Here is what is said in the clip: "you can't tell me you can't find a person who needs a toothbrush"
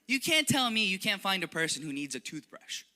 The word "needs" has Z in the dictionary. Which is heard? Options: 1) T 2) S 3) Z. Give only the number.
3